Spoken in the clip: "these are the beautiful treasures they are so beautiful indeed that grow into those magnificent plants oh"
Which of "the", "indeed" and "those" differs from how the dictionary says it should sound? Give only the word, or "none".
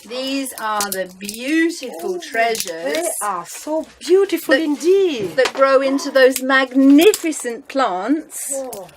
none